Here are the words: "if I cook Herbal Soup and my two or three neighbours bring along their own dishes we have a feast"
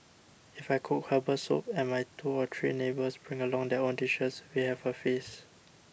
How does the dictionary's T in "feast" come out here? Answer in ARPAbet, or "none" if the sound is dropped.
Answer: none